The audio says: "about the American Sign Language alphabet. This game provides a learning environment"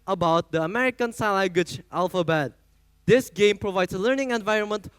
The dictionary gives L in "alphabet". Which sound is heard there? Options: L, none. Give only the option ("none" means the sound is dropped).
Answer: L